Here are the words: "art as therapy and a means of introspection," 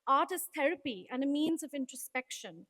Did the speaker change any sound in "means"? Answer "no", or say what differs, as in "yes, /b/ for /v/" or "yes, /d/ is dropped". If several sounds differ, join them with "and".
no